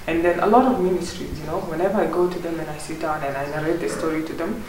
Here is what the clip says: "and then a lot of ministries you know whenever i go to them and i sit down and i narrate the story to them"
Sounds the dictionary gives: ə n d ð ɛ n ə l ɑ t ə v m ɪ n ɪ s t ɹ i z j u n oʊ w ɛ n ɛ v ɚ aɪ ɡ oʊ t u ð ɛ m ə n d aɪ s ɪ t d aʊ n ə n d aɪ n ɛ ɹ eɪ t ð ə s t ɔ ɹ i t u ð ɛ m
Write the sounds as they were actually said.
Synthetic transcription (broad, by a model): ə n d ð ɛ n ə l ɑ t ə v m ɪ n ɪ s t ɹ i z j u n oʊ w ɛ n ɛ v ɚ aɪ ɡ oʊ t u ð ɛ m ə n aɪ s ɪ t d aʊ n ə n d aɪ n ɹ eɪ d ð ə s t ɔ ɹ i t u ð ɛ m